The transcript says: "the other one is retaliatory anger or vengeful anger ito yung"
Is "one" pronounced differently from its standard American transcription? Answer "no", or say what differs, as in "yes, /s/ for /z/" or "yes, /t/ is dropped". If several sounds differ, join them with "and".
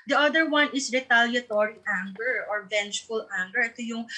no